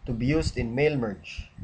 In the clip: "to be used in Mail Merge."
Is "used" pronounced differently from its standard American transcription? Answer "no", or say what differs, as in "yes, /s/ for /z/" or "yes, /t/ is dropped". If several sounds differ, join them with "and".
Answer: yes, /s/ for /z/